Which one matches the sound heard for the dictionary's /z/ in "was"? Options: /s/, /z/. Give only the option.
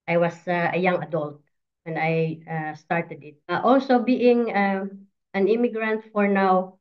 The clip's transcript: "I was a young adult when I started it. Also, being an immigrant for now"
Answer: /s/